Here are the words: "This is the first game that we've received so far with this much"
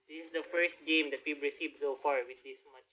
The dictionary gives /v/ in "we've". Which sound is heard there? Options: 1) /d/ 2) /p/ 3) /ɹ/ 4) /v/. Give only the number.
2